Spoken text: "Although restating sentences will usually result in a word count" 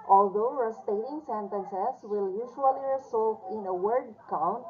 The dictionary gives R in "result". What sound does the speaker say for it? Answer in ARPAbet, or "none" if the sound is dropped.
L